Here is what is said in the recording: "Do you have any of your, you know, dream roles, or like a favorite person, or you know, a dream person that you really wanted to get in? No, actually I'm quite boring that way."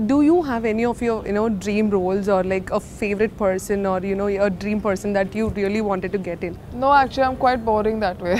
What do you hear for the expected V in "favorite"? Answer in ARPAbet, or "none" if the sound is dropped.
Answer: V